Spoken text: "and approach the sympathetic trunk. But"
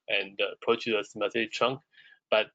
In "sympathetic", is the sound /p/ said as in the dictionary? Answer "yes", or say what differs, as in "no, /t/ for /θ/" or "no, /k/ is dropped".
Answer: no, /p/ is dropped